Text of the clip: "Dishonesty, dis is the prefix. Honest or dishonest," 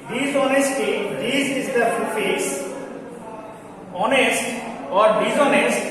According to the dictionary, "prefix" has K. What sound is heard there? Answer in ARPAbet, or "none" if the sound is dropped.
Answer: none